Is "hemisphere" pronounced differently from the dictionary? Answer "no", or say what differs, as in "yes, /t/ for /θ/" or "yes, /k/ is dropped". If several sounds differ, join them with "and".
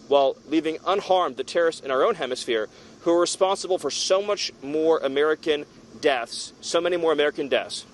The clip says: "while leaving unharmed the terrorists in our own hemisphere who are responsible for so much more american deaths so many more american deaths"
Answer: no